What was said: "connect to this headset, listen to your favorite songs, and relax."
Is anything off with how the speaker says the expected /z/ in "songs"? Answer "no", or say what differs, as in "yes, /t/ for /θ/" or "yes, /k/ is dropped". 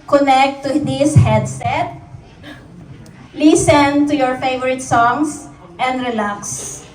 yes, /s/ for /z/